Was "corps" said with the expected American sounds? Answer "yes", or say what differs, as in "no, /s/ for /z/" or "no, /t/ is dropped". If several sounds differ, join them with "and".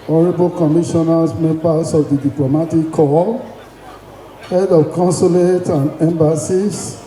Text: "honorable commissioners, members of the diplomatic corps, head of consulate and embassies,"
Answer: no, /l/ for /ɹ/